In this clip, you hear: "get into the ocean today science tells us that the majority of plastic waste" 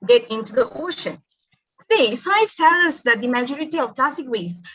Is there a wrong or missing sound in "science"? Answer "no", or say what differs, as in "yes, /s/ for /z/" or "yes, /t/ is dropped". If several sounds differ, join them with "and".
yes, /n/ is dropped